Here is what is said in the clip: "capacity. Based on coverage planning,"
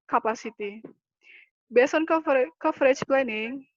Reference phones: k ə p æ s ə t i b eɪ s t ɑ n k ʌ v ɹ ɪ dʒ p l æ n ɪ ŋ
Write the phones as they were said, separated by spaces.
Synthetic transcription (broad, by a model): k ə p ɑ s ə t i b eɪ s ɑ n k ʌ f ɹ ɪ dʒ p l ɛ n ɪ ŋ